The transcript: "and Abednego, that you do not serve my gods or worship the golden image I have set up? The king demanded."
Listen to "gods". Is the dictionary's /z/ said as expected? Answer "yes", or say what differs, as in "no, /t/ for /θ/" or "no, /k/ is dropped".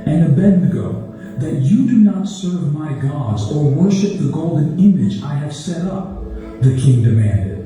yes